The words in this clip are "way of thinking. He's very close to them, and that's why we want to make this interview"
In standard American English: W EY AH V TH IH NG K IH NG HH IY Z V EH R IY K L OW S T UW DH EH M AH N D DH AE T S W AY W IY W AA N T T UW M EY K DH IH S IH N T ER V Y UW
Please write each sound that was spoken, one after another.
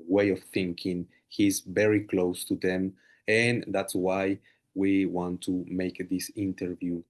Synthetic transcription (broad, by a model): W EY AH V TH IH NG K IH NG HH IY Z V EH R IY K L OW S T UW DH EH M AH N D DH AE T S W AY W IY W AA N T T UW M EY K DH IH S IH N T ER V Y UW